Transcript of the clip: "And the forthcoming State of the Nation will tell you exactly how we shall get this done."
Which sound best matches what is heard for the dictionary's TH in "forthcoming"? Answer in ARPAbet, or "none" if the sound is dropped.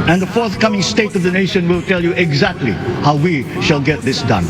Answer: TH